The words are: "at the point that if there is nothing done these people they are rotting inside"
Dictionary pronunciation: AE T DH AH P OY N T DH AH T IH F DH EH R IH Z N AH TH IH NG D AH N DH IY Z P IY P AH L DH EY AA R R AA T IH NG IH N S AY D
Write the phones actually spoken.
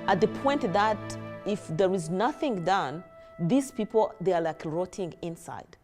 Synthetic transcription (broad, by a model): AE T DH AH P OY N T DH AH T IH F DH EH R IH Z N AH TH IH NG D AH N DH IY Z P IY P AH L DH EY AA L R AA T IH NG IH N S AY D